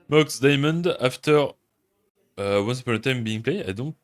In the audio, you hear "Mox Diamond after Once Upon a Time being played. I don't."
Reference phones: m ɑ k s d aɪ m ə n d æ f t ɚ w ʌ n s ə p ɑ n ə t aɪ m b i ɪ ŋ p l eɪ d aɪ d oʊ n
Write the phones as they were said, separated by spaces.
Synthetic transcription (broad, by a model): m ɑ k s d aɪ m ə n d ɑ f t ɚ w ʌ n s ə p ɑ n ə t aɪ m b i ɪ ŋ p l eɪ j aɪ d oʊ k